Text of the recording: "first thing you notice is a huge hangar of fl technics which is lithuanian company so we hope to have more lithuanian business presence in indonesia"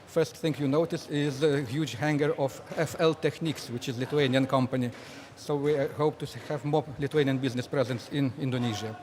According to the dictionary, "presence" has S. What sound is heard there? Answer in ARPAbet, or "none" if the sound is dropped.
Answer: S